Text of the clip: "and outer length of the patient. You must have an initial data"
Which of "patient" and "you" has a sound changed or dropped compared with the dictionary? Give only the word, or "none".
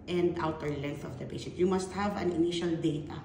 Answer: patient